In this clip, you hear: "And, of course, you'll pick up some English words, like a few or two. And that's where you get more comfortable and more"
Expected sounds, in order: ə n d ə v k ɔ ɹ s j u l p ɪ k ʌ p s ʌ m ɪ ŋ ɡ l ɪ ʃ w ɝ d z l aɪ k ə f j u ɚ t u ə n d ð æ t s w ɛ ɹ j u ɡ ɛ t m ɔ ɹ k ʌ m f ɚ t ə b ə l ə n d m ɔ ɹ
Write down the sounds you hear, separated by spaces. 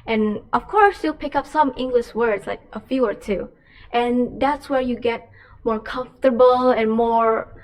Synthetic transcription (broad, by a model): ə n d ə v k ɔ ɹ s j u l p ɪ k ʌ p s ʌ m ɪ ŋ ɡ l ɪ ʃ w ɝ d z l aɪ k ə f j u ɚ t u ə n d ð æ t s w ɛ ɹ j u ɡ ɛ t m ɔ ɹ k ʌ m f t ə b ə l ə n m ɔ ɹ